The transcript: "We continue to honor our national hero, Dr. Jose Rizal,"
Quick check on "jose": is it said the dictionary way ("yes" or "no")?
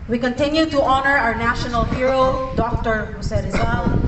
no